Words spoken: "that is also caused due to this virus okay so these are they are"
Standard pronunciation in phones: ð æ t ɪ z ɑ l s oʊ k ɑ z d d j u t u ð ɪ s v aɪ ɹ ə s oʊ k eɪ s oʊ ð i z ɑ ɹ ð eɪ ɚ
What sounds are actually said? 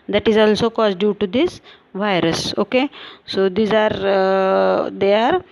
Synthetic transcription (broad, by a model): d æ t ɪ z ɑ l s oʊ k ɑ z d d j u t u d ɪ s v aɪ ɹ ə s oʊ k eɪ s oʊ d i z ɑ ɹ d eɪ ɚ